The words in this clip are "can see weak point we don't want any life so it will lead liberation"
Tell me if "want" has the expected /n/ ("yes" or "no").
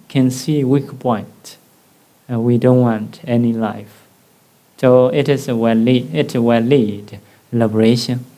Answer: yes